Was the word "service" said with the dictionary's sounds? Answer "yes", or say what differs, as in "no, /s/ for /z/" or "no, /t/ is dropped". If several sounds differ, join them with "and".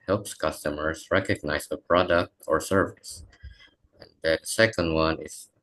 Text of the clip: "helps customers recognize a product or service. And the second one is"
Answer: yes